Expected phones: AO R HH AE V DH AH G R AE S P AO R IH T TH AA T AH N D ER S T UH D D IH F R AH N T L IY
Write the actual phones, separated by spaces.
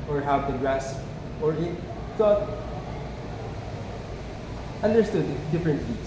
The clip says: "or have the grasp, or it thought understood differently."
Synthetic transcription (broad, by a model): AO R HH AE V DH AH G R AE S AO R IH T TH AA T AH N D ER S T UH D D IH F R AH N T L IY